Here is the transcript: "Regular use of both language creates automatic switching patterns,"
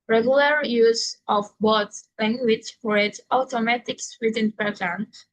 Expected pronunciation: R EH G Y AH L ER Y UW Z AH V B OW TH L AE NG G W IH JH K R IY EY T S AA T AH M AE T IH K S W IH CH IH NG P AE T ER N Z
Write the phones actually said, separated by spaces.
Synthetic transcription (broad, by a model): R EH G Y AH L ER Y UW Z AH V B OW S L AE NG G W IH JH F R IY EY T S AA T AH M AE T IH K S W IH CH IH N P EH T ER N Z